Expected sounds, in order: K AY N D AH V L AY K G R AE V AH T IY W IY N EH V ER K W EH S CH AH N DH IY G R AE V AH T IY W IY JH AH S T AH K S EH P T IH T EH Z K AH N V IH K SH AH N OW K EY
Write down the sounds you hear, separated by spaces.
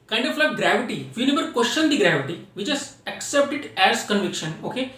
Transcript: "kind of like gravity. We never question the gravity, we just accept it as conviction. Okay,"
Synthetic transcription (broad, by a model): K AY N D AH F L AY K G R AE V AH T IY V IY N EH B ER K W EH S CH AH N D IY G R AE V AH T IY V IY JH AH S AH K S EH P T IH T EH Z K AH N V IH K SH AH N OW K EY